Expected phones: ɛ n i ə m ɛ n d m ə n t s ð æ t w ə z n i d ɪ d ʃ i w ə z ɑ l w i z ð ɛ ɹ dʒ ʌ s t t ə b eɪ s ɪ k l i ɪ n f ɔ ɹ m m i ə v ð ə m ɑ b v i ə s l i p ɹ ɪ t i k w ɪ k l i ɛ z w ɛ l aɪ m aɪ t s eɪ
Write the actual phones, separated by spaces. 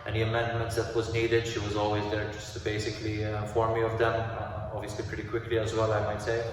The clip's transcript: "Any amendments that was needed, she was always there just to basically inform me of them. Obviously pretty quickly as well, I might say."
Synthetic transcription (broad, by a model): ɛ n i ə m ɛ n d m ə n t s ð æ t w ə z n i d ɪ d ʃ i w ə z ɑ l w i z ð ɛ ɹ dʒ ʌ s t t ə b eɪ s ɪ k l i f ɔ ɹ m m i ə v ð ə m ɑ b v i ə s l i p ɹ ɪ t i k w ɪ k l i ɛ z w ɛ l aɪ m aɪ t s eɪ